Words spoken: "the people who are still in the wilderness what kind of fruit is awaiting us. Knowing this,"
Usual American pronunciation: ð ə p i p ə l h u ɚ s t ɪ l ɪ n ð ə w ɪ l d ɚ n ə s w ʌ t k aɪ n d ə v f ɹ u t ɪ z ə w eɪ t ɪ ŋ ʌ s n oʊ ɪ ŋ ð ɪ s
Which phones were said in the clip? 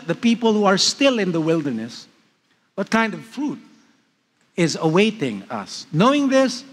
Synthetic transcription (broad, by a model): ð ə p i p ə l h u ɚ s t ɪ l ɪ n ð ə w ɪ l d ɚ n ə s w ʌ t k aɪ n d ə v f ɹ u t ɪ z ə w eɪ t ɪ ŋ ʌ s n oʊ ɪ ŋ ð ɪ s